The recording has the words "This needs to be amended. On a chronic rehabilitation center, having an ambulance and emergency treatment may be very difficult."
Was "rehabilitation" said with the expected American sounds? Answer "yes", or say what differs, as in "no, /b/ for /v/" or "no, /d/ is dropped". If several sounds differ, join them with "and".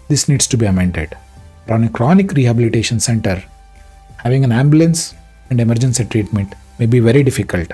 yes